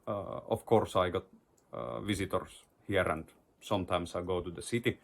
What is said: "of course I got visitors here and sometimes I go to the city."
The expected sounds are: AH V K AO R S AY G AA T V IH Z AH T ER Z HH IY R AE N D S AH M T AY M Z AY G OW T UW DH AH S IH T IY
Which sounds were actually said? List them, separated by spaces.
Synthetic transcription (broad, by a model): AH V K AO R S AY G AA T V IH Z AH T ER S HH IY R AE N D S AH M T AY M S AY G OW T UW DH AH S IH T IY